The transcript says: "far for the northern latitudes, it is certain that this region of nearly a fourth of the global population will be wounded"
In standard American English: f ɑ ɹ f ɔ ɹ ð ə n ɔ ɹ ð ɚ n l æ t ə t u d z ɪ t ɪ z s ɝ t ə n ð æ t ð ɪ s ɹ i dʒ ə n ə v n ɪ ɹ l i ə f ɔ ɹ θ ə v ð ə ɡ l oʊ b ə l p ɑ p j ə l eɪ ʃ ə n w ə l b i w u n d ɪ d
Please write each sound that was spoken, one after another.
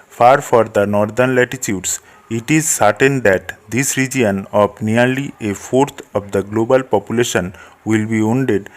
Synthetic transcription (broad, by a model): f ɑ ɹ f ɔ ɹ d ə n ɔ ɹ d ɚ n l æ t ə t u d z ɪ t ɪ z s ɝ t ə n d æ t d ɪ s ɹ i dʒ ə n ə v n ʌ ɹ l i ə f ɔ ɹ t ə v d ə ɡ l oʊ b ə l p ɑ p j ə l eɪ ʃ ə n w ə l b i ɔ n d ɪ d